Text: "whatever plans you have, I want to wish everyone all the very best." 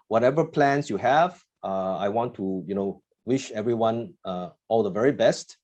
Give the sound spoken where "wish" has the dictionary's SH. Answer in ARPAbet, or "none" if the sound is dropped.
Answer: SH